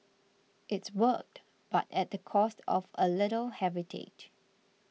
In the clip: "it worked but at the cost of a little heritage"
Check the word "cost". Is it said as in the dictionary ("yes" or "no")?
yes